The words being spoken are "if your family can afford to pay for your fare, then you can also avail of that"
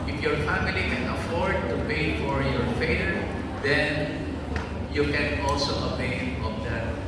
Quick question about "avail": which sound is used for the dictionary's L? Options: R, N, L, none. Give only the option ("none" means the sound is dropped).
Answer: N